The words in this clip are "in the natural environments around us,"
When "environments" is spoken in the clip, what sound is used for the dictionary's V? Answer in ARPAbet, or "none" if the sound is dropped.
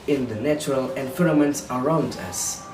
F